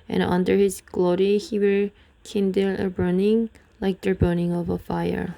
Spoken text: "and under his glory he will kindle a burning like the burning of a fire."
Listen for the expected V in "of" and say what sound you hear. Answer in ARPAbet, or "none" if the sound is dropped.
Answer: V